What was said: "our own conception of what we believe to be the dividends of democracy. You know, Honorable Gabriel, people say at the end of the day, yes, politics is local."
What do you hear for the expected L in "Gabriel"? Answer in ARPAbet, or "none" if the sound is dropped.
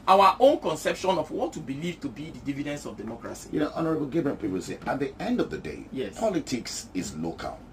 N